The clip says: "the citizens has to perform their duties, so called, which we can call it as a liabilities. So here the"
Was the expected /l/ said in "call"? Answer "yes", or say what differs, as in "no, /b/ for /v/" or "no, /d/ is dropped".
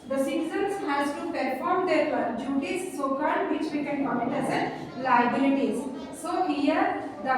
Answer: no, /n/ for /l/